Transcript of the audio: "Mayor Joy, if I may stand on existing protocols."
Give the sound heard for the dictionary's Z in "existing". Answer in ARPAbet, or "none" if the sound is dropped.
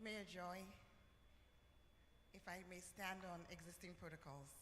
Z